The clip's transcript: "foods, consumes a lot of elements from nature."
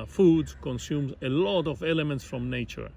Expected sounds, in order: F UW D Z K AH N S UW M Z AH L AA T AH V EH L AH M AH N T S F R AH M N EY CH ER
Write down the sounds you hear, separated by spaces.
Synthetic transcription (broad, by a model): F UW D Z K AH N S UW M Z AH L AA T AH V EH L AH M AH N T S F R AH M N EY CH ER